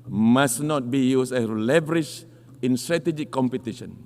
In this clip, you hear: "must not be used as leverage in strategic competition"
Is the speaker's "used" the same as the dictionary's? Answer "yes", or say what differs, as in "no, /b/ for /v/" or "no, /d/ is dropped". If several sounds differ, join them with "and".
no, /s/ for /z/